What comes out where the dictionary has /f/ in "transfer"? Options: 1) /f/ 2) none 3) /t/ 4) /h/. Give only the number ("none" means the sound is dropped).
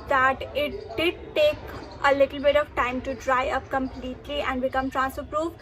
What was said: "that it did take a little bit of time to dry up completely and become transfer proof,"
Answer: 2